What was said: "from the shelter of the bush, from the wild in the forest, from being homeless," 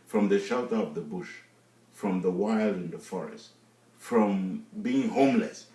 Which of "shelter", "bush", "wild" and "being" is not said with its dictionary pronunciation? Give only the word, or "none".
none